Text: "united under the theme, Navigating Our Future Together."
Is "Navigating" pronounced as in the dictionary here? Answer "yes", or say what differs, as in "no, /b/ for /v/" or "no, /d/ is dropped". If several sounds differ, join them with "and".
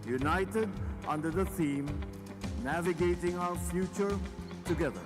yes